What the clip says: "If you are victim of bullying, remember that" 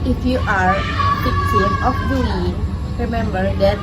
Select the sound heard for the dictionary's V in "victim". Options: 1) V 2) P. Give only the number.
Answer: 2